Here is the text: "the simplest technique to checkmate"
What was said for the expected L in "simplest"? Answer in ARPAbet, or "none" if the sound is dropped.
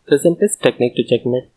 none